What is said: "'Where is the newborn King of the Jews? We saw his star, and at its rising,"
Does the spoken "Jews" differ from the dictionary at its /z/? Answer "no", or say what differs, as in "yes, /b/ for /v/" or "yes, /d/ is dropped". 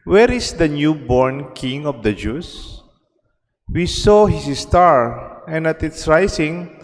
yes, /s/ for /z/